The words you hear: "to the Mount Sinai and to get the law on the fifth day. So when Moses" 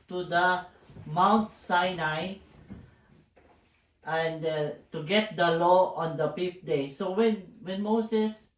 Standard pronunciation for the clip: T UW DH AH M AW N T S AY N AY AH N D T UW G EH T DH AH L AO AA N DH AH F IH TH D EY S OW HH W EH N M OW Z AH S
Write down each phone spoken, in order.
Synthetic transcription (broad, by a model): T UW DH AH M AW N T S AY N AY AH N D T UW G EH T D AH L AO AA N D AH P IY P D EY S OW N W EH N M OW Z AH S